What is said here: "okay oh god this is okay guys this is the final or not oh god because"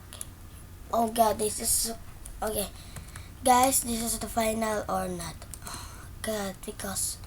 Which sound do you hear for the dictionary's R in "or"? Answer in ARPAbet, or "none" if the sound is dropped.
R